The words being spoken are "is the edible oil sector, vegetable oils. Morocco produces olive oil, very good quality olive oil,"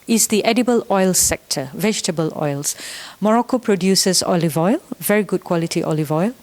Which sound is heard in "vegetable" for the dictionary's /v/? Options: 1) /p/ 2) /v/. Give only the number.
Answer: 2